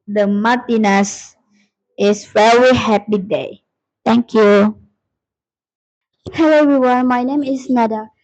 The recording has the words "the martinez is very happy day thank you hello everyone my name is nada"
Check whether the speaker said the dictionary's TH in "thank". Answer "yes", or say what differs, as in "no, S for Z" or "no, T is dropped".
no, T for TH